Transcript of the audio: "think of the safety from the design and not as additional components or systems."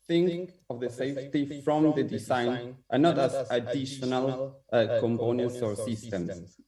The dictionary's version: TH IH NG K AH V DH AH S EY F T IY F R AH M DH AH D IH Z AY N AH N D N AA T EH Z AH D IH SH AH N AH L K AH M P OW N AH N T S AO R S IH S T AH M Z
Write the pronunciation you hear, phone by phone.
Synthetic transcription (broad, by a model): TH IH NG K AH V DH AH S EY F T IY F R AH M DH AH D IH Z AY N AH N N AA T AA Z AH D IH SH AH N AH L K AH M P OW N AH N T S AO R S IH S T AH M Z